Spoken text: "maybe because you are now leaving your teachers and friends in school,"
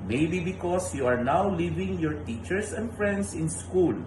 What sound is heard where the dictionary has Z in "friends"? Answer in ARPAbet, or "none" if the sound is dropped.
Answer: S